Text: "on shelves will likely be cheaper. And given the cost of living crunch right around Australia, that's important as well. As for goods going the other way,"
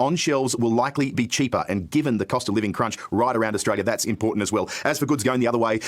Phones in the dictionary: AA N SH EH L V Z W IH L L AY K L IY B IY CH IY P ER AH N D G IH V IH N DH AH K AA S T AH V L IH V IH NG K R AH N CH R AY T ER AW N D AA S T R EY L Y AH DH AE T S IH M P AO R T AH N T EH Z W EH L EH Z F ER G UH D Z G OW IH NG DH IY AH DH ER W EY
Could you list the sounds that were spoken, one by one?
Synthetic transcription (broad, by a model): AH N SH EH L V Z W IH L L AY K L IY B IY CH IY P ER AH N G IH V IH N DH AH K AA S T AH V L IH V IH NG K R AH N CH R AY T ER AW N D AA S T R EY L Y AH DH AE T S IH M P AO R T N T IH Z W EH L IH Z F ER G UH D Z G OW IH NG DH IY AH DH ER W EY